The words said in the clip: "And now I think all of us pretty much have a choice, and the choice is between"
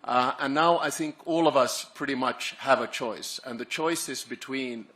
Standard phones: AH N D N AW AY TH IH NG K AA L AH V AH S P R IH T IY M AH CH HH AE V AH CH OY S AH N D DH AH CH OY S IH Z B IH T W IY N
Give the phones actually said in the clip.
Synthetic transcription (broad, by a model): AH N N AW AY TH IH NG K AA L AH V AH S P R IH T IY M AH CH HH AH V AH CH OY S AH N DH AH CH OY S IH Z B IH T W IY N